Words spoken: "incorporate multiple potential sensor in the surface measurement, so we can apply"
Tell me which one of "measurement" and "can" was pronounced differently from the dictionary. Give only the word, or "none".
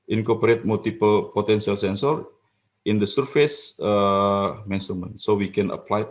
measurement